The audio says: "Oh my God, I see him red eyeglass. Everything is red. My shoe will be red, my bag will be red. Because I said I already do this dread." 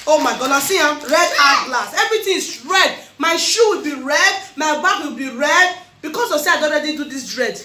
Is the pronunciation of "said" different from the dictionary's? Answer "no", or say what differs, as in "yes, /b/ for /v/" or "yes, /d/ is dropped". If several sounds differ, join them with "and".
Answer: yes, /d/ is dropped